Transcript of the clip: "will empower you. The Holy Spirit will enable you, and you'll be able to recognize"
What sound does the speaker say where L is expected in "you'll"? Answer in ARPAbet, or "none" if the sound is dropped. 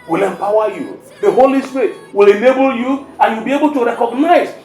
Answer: W